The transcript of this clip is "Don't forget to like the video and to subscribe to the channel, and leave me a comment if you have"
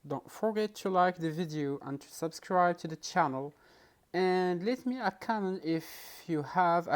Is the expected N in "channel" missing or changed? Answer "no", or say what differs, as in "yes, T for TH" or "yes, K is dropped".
no